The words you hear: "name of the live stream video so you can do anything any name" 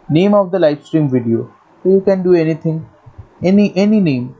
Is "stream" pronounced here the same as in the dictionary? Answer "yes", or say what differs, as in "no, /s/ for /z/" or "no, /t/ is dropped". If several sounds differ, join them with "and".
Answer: yes